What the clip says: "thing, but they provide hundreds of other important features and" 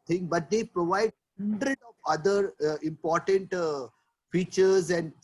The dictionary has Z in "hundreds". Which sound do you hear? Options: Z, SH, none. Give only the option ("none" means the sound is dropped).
none